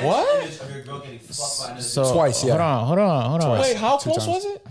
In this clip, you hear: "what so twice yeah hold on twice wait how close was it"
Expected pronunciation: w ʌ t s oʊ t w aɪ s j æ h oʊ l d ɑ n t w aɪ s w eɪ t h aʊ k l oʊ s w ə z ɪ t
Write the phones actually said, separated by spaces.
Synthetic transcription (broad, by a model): w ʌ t s oʊ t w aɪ s j æ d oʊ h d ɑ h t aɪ w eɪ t h aʊ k oʊ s w ə z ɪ t